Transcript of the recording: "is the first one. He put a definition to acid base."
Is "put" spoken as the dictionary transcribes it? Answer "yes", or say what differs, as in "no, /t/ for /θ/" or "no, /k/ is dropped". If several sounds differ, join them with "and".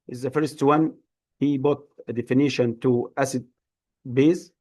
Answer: no, /b/ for /p/